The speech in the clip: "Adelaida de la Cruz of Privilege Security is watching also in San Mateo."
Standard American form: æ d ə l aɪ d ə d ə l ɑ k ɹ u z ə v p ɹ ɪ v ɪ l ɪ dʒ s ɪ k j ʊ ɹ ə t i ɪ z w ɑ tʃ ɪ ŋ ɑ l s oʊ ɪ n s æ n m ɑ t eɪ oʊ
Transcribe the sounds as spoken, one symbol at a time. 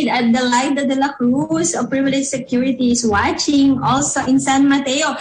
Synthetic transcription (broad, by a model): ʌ d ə l aɪ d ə d ə l ɑ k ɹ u s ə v p ɹ ɪ v ɪ l ɪ dʒ s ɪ k j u ɹ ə t i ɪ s w ɑ tʃ ɪ ŋ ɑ l s oʊ ɪ n s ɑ n m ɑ t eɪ oʊ